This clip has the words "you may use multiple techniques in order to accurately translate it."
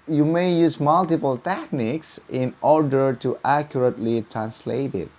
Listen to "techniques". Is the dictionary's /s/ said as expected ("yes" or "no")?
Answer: yes